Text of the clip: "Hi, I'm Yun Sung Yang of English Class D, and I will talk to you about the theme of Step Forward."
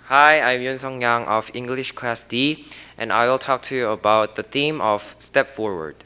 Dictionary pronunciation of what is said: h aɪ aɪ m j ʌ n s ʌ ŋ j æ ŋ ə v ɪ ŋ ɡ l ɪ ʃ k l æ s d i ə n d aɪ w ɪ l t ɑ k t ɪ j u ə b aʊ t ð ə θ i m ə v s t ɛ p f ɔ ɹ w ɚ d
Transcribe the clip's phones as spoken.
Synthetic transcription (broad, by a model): h aɪ aɪ m j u n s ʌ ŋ j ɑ ŋ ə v ɪ ŋ ɡ l ɪ ʃ k l æ s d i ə n aɪ w ɪ l t ɑ k t ɪ j u ə b aʊ t ð ə θ i m ə v s t ɛ p f ɔ ɹ w ɚ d